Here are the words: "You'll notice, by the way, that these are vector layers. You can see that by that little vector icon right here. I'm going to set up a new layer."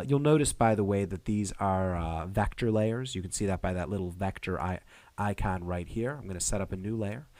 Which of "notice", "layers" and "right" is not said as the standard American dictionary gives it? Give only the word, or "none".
none